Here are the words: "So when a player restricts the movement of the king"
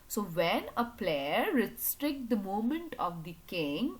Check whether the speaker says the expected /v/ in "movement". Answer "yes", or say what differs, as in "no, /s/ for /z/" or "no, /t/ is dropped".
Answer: no, /v/ is dropped